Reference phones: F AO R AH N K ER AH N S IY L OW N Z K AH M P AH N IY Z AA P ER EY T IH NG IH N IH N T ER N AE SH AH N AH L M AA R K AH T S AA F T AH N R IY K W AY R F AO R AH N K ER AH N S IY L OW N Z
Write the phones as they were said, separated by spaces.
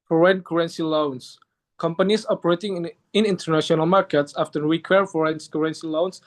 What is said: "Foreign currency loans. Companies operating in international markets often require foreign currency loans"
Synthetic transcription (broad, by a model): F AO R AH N K ER AH N S IY L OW N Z K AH M P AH N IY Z AA P ER EY T IH NG IH N IH N T ER N AE SH AH N AH L M AA R K AH T S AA F T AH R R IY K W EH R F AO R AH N K ER AH N S IY L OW N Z